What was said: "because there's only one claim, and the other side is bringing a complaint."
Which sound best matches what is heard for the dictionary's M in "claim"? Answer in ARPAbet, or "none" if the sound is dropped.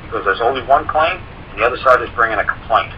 none